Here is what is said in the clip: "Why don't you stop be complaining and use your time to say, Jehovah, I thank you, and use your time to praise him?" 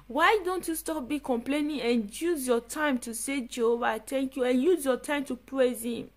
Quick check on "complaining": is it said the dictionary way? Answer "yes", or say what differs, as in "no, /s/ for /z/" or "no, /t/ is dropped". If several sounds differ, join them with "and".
yes